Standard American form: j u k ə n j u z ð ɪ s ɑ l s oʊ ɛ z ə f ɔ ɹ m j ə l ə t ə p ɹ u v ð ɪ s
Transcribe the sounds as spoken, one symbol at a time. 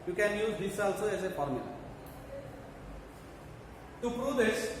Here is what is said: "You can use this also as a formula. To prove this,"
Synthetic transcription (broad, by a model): j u k ə n j u z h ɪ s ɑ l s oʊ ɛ s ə p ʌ ɹ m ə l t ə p ɹ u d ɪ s